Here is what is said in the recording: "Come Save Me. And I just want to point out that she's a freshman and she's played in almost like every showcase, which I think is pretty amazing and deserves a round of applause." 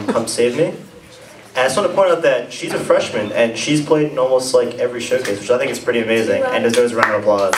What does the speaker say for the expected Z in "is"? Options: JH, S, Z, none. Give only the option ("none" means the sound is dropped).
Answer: S